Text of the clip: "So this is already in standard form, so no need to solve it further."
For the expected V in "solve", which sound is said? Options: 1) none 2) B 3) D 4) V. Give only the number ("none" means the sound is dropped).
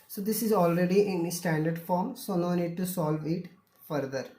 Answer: 4